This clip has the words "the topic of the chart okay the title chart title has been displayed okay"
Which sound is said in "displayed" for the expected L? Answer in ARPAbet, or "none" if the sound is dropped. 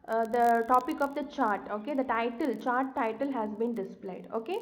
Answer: L